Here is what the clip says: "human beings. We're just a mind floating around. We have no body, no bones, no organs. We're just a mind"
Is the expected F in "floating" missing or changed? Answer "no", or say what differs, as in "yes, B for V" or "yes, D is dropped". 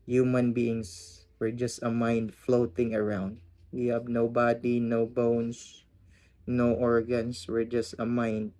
no